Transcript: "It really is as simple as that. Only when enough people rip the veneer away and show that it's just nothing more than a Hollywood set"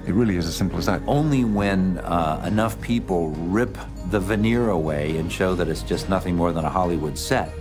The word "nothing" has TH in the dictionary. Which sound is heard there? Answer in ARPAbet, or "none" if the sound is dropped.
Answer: TH